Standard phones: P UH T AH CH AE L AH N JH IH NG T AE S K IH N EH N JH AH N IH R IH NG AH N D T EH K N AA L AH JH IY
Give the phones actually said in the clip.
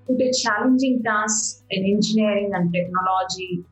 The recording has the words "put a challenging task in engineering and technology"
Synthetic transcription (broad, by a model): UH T AH CH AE L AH N JH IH NG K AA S IH N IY N JH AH N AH R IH NG AH N D T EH K N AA L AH JH IY